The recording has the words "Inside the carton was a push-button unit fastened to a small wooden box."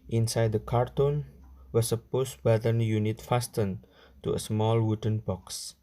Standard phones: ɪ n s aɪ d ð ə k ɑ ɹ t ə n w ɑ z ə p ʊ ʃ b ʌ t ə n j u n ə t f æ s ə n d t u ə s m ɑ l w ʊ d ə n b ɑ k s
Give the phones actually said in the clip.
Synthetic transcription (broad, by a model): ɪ n s aɪ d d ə k ɑ ɹ t ə n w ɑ s ə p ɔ s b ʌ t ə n j u n ə t f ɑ s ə n t u ə s m ɑ l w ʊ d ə n b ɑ k s